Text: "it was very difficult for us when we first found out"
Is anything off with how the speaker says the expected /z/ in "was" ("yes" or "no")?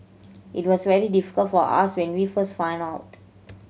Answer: yes